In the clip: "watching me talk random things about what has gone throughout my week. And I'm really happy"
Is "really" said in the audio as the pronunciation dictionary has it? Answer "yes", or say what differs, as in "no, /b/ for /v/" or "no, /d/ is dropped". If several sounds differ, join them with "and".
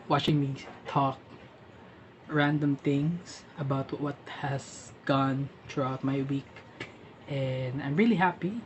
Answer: yes